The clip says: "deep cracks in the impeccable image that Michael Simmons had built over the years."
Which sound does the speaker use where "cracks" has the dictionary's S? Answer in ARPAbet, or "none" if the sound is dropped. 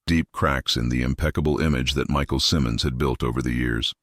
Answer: S